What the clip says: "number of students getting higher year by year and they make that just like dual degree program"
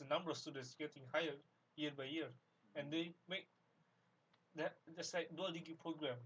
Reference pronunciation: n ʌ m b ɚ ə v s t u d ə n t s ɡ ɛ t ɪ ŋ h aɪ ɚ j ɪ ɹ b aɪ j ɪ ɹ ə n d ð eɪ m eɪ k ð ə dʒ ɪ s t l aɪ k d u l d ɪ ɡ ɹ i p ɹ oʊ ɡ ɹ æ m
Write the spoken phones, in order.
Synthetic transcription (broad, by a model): n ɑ m b ɚ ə f s t u d ə n t s ɡ ɛ t ɪ ŋ h aɪ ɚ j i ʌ b aɪ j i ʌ ə n d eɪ m eɪ k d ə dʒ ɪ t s l aɪ k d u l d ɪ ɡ i p ɹ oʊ ɡ ɹ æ m